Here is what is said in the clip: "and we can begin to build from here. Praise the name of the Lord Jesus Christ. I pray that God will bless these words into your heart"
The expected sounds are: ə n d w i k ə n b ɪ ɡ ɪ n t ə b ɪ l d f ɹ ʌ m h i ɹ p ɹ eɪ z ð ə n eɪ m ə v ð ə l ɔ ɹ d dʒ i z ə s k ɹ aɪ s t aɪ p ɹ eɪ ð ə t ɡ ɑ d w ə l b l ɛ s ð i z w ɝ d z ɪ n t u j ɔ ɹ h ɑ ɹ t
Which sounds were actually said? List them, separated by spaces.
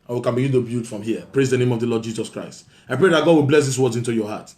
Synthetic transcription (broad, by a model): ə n w i k ə n b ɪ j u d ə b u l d f ɹ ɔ m h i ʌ p ɹ eɪ z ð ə n eɪ m ə v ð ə l ɔ d dʒ i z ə s k ɹ aɪ s t aɪ p ɹ eɪ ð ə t ɡ ɑ d w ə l b l ɛ s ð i s w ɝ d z ɪ n t u j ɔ h ɑ t